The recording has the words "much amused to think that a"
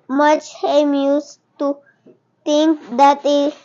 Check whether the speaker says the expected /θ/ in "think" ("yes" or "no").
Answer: no